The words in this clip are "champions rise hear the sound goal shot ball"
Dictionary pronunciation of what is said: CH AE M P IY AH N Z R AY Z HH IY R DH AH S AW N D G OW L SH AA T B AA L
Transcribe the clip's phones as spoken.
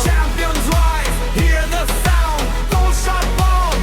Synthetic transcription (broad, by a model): CH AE M P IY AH N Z W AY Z HH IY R DH AH S AW N D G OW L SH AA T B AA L